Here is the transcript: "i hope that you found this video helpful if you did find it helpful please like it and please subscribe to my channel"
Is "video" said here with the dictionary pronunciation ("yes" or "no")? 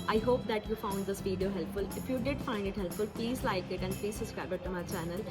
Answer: no